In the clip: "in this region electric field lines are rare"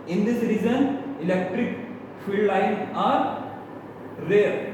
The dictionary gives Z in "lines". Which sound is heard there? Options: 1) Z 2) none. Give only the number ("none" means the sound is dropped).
2